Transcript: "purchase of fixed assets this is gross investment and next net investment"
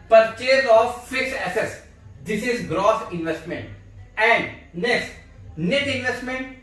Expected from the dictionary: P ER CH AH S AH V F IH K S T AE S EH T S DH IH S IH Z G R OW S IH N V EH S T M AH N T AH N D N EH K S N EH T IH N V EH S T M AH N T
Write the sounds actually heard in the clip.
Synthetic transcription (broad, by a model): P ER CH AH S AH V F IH K S EH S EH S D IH S IH Z G R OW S IH N V EH S T M AH N T AH N D N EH S N EH T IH N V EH S T M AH N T